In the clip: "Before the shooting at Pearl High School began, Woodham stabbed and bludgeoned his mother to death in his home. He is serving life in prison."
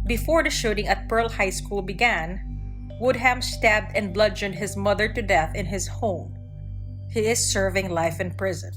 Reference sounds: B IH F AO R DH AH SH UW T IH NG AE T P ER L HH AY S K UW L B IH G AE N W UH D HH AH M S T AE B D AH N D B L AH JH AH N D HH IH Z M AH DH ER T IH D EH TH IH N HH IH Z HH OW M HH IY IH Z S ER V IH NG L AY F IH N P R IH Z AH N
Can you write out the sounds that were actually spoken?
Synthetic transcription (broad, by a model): B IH F AO R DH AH SH UW T IH NG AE T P ER L HH AY S K UW L B IH G AE N W UH D HH AH M S T AE B D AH N B L AH JH AH N D HH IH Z M AH DH ER T IH D EH TH IH N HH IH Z HH OW M HH IY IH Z S ER V IH NG L AY F IH N P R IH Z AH N